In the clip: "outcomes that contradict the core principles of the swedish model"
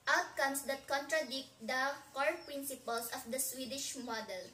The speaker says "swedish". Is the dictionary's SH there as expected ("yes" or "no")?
yes